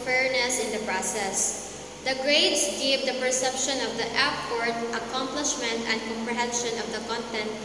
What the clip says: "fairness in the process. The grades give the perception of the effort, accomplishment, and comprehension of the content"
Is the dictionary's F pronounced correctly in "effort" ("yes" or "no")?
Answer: no